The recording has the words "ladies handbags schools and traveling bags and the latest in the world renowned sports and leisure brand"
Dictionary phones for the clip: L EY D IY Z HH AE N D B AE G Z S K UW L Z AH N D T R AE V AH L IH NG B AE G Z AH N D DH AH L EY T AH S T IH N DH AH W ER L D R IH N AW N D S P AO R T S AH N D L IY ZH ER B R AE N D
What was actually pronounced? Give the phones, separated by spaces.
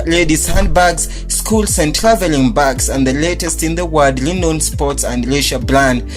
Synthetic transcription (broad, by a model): L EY D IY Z HH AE N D B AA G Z S K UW L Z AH N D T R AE V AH L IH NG B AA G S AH N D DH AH L EY T AH S T IH N DH AH W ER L D L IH N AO N S P AO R T S AH N D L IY SH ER B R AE N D